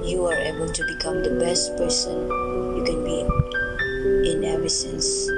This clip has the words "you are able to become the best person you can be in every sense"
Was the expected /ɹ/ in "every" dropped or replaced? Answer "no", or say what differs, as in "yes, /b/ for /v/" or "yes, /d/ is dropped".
yes, /ɹ/ is dropped